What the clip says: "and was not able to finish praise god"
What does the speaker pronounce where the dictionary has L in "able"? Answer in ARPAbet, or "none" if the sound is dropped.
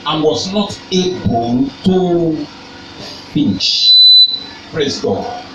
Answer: N